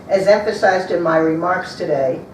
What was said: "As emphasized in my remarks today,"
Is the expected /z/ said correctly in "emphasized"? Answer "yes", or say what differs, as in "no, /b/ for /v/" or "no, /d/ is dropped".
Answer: yes